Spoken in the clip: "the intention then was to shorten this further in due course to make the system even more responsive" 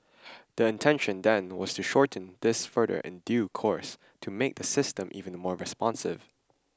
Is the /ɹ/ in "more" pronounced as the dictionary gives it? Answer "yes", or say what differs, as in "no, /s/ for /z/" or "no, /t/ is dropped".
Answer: yes